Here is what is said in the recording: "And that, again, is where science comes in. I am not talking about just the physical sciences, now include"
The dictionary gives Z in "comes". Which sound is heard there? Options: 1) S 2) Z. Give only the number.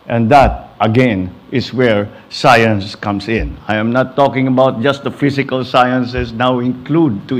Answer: 1